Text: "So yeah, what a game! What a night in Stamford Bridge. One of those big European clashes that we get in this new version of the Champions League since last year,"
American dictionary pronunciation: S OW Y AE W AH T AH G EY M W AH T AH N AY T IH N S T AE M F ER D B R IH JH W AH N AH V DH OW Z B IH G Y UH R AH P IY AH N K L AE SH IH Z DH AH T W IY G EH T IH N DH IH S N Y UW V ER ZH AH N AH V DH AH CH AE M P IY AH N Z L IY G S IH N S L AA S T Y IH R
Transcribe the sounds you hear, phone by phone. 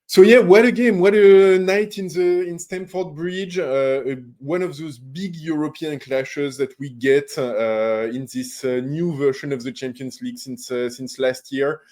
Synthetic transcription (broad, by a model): S OW Y AE W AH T AH G EY M W AH T AH N AY T IH N S T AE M F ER D B R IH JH W AH N AH V DH OW Z B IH G Y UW R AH P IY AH N K L AE SH IH Z DH AH T W IY G EH T IH N DH IH S N Y UW V ER SH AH N AH V DH AH CH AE M P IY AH N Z L IY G S IH N S L AA S T Y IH R